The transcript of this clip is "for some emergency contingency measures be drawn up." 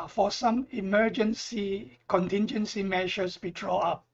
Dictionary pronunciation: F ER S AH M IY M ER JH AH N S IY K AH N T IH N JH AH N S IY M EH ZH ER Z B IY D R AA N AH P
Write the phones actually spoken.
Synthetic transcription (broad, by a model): F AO S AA M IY M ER JH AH N S IY K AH N T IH N JH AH N S IY M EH SH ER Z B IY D R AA AA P